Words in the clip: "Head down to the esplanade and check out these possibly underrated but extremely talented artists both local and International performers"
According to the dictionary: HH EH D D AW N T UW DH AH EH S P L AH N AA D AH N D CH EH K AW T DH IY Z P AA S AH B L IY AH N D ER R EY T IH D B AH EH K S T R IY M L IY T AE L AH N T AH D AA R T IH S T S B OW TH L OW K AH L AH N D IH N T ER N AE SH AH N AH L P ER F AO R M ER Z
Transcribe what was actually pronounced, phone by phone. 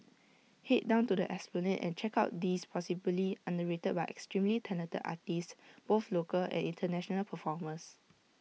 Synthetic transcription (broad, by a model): HH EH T D AW N T UW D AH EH S P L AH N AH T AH N CH EH K AW T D IY S P AA S AH B L IY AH N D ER R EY T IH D B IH EH K S T R IY M L IY T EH N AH T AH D AA T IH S S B OW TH L OW K AH L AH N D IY N T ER N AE SH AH N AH L P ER F AO M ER S